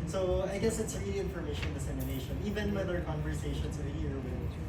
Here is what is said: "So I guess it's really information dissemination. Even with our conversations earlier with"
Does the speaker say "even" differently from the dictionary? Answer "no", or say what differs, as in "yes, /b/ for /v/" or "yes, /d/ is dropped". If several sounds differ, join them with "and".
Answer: no